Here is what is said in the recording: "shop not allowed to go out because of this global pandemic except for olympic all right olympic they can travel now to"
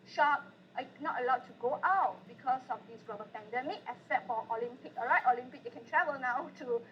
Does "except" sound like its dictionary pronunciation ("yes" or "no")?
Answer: no